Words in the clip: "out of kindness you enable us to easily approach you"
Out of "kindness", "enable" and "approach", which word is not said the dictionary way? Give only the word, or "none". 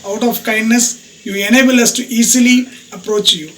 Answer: none